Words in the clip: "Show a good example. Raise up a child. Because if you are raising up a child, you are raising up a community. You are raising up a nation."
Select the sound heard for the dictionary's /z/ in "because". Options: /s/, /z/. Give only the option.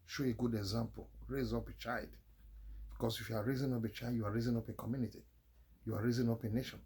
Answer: /s/